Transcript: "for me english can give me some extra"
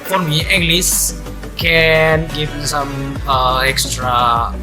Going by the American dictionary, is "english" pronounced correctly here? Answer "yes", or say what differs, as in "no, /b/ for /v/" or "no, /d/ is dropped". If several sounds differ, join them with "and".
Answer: no, /s/ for /ʃ/